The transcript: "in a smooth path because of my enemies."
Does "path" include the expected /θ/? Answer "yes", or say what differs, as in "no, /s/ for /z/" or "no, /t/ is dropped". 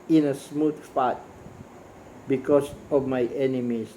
no, /t/ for /θ/